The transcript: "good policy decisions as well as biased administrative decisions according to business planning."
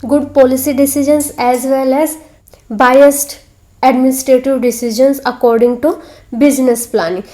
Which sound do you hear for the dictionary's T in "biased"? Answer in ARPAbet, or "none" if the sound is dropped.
T